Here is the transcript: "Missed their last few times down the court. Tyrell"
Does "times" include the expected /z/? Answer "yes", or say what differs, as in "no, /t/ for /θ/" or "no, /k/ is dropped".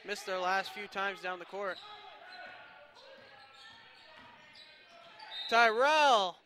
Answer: yes